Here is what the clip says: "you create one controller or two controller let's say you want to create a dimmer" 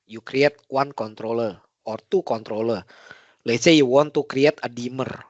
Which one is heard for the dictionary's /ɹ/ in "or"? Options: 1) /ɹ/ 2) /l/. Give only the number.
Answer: 1